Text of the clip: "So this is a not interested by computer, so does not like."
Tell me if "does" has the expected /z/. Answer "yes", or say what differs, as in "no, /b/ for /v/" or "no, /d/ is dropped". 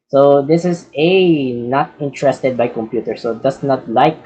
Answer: no, /s/ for /z/